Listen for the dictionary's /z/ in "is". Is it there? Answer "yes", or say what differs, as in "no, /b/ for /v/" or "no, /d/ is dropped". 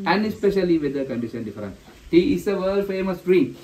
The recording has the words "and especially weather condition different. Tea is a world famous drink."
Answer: no, /s/ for /z/